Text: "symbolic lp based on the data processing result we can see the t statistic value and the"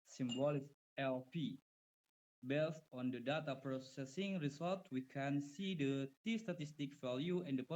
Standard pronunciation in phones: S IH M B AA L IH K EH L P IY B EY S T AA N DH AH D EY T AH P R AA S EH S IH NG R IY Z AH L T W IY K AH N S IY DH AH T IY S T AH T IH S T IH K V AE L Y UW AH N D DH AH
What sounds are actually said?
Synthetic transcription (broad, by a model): S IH M B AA L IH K EH L P IY B EY S T AA N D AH D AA T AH P R AA S EH S IH NG R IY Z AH L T W IY K AH N S IY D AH T IY S T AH T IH S T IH K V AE L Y UW AH N D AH